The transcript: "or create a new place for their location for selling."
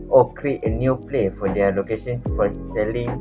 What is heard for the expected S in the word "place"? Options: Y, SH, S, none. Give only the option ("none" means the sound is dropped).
none